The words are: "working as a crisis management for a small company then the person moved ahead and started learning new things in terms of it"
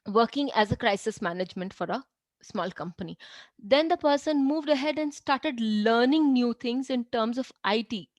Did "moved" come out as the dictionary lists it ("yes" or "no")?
yes